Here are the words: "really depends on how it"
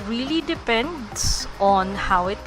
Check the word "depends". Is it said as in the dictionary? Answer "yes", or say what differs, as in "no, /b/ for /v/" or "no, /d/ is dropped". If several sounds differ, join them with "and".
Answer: no, /s/ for /z/